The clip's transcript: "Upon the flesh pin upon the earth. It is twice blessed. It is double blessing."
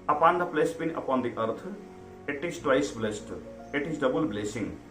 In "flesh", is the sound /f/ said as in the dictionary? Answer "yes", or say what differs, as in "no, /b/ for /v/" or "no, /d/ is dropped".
no, /p/ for /f/